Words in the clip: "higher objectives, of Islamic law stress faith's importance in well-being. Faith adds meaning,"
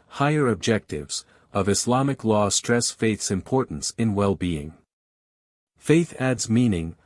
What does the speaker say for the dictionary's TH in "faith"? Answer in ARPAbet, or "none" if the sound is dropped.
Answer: TH